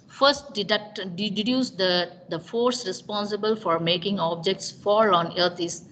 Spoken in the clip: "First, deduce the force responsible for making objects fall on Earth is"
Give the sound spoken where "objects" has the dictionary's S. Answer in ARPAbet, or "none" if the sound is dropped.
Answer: S